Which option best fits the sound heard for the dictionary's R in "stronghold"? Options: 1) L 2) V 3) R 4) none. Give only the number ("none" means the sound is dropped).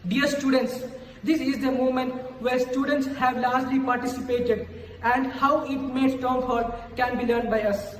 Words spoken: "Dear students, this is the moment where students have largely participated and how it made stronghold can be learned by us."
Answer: 4